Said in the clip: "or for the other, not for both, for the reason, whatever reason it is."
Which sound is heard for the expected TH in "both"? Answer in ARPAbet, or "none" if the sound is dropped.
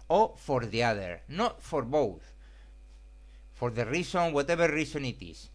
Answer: TH